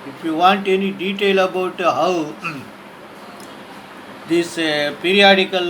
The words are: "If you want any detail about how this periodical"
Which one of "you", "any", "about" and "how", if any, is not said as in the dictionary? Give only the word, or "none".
none